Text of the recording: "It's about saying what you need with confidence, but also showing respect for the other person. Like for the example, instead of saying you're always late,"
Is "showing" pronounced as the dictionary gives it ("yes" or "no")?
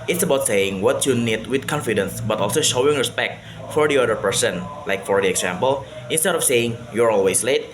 yes